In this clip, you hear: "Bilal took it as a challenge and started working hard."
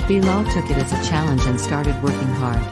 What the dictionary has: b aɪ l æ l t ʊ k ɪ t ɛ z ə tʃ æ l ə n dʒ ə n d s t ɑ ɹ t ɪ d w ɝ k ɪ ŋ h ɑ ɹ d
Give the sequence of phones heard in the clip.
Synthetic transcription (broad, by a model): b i l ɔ t ʊ k ɪ t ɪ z ə tʃ æ l ə n dʒ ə n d s t ɑ ɹ t ɪ d w ɝ k ɪ ŋ h ɑ ɹ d